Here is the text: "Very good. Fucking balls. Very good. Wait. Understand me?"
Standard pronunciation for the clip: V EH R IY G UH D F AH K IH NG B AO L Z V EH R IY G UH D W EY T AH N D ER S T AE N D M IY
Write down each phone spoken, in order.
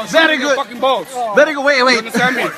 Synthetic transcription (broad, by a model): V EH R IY G UH D F AH K IH NG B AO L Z V EH R IY G UH D W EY IH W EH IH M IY